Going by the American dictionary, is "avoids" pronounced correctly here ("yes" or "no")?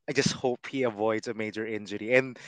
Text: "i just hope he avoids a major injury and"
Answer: yes